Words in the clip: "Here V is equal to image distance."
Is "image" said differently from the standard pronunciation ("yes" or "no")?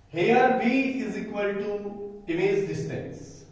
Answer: yes